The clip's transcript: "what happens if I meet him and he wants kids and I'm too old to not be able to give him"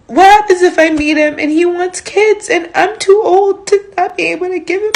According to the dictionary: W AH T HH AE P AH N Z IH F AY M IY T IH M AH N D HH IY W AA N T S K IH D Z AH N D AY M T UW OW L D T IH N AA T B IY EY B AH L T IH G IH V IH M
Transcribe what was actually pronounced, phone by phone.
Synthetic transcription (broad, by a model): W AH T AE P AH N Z IH F AY M IY T IH M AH N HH IY W AA N T S K IH D Z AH N AY M T UW OW L D T IH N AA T B IY EY B L T IH G IH V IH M